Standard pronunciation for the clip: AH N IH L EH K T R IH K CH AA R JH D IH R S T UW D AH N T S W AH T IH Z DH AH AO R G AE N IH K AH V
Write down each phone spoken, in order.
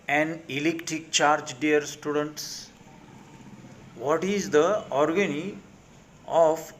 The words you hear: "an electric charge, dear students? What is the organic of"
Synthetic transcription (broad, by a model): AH N IH L EH K T R IH K CH AA R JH D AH R S T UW D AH N T S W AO T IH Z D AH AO R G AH N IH AH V